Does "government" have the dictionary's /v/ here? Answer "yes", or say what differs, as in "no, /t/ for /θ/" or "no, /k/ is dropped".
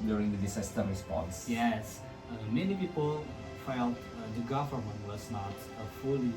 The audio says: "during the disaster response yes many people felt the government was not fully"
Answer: no, /f/ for /v/